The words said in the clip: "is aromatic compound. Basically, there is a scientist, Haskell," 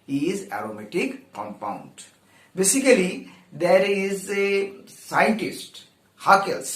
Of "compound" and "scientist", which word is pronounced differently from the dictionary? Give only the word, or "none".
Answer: none